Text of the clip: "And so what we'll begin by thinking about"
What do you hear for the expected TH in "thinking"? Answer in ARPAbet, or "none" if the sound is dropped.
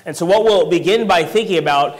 TH